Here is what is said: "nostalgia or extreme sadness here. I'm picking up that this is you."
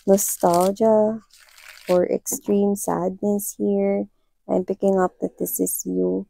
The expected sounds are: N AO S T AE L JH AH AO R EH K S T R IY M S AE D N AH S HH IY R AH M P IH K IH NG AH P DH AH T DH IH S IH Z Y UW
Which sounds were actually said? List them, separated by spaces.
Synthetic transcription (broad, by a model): N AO S T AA L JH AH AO R EH K S T R IY M S AE D N AH S HH IY R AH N P IH K IH NG AH P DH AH T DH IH S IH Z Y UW